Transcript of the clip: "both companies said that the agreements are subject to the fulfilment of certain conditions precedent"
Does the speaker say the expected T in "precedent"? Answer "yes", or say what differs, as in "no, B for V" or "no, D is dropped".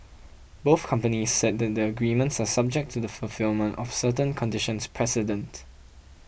yes